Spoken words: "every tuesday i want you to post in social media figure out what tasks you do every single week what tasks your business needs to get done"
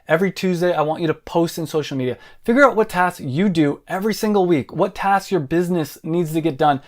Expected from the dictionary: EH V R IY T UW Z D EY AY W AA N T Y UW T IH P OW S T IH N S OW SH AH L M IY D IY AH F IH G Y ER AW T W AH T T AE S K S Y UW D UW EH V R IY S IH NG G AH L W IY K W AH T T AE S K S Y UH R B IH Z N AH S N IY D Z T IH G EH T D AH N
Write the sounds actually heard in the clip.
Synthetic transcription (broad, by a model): EH V R IY T UW Z D EY AY W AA N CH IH T IH P OW S T IH N S OW SH L M IY D IY AH F IH G Y ER AW T W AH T T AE S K Y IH D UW EH V R IY S IH NG G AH L W IY K W AH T T AE S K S Y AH R B IH Z N AH S N IY D Z T IH G EH T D AH N